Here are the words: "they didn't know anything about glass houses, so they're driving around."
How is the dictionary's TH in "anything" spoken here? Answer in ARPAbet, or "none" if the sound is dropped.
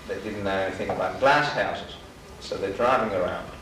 TH